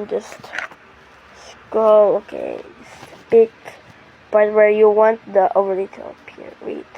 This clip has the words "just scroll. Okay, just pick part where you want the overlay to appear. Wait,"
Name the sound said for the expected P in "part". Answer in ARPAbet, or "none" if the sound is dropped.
B